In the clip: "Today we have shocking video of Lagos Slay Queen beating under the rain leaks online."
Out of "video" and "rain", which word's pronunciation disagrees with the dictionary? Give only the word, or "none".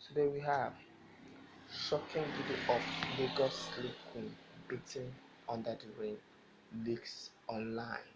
video